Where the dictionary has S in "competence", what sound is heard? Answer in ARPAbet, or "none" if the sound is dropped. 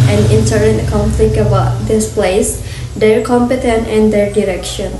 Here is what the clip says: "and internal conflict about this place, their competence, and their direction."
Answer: none